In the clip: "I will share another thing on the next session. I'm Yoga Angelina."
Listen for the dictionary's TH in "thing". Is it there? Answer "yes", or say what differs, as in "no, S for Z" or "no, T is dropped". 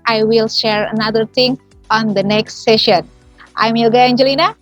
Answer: no, T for TH